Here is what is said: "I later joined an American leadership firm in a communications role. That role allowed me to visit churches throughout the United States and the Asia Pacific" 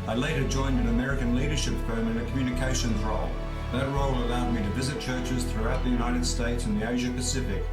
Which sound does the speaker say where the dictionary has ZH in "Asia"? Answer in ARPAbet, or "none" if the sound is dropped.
ZH